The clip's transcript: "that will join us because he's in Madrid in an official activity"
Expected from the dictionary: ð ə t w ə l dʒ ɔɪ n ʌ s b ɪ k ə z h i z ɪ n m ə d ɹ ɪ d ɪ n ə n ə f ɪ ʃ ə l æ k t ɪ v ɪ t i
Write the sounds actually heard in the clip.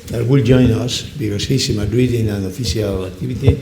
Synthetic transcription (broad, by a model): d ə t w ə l dʒ ɔɪ n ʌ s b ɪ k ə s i s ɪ m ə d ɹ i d ɪ n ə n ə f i s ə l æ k t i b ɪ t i